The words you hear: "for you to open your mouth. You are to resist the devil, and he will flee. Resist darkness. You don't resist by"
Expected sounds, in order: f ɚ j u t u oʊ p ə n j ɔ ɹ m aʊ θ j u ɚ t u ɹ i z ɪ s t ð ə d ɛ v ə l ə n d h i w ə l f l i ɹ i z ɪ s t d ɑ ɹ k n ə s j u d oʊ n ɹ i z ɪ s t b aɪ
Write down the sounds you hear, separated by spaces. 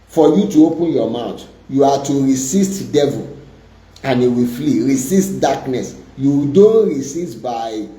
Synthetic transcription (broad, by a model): f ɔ j u t u oʊ p ə n j ɔ m aʊ t j u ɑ t u ɹ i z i s t d ɛ v ə l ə n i w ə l f l i ɹ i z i s t d ɑ k n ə s j u d oʊ n ɹ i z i s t b aɪ